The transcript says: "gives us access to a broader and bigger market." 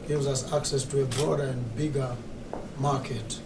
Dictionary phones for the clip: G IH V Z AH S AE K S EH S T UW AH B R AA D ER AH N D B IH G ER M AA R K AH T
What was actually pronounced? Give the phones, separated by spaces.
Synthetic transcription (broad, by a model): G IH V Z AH S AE K S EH S T UW AH B R AA D ER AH N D B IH G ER M AA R K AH T